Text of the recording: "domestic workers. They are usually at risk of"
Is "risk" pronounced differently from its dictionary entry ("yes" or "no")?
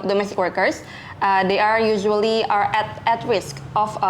no